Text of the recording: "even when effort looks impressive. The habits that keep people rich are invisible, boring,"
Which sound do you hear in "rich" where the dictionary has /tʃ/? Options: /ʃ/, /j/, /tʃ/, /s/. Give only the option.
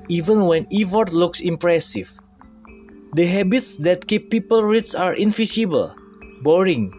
/s/